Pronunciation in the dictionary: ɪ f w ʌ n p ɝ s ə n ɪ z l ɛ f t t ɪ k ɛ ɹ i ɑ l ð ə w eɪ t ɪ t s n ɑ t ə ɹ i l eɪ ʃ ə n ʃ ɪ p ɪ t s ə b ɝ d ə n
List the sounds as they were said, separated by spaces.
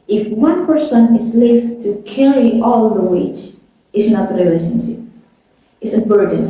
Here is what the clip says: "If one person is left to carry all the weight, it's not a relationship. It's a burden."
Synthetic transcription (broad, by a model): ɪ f w ʌ n p ɝ s ə n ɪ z l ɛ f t t ɪ k ɛ ɹ i ɑ l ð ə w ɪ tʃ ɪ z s n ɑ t ə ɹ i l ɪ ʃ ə n s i ɪ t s ə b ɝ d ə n